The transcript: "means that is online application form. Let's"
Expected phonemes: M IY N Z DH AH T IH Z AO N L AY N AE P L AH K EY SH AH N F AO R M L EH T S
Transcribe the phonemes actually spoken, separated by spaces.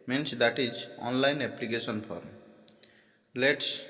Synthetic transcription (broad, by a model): M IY N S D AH T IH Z AO N L AY N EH P L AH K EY S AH N P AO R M L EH T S